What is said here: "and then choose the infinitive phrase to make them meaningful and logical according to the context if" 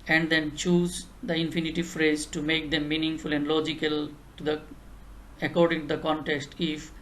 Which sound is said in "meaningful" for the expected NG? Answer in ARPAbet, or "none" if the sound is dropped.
NG